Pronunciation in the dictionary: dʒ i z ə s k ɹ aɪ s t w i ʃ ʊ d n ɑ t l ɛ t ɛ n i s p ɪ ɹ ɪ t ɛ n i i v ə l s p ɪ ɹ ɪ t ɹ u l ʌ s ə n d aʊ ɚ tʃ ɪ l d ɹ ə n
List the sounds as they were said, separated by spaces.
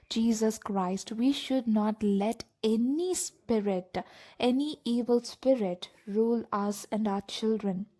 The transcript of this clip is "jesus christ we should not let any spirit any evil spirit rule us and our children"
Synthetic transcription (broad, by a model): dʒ i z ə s k ɹ aɪ s t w i ʃ ʊ d n ɑ t l ɛ t ɛ n i s p ɪ ɹ ɪ t ɛ n i i v ə l s p ɪ ɹ ɪ t ɹ u l ʌ s ə n d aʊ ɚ tʃ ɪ l d ɹ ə n